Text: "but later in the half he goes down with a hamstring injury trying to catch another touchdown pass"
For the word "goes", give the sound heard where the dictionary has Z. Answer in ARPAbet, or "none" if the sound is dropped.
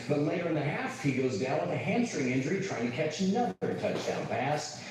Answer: Z